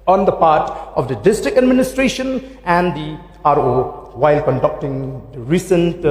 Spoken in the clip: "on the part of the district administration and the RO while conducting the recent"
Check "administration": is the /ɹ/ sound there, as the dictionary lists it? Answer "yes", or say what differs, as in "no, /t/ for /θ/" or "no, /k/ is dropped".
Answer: yes